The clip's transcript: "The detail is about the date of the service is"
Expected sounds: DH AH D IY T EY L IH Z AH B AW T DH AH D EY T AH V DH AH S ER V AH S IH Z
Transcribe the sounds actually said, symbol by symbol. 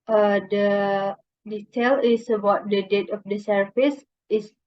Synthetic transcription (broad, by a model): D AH D IY T EY L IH S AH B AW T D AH D EY T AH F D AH S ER F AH S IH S